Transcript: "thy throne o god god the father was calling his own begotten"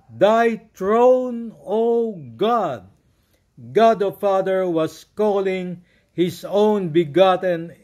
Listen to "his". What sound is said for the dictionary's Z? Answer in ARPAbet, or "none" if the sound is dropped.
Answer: S